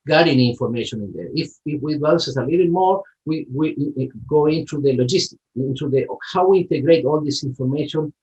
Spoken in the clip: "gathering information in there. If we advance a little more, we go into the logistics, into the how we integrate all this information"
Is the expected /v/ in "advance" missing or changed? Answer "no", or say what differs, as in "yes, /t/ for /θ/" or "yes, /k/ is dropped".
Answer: yes, /v/ is dropped